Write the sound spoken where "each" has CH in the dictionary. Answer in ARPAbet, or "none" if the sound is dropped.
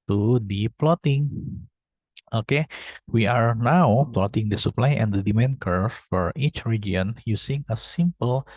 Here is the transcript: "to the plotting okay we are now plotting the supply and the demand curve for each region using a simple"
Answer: CH